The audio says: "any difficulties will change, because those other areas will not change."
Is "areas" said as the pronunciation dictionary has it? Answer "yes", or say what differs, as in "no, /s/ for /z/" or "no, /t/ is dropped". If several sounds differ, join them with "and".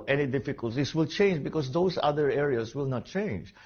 no, /s/ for /z/